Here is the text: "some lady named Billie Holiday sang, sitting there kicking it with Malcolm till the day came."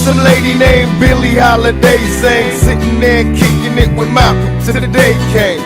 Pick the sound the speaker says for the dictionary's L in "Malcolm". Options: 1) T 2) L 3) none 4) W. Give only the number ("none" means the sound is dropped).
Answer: 3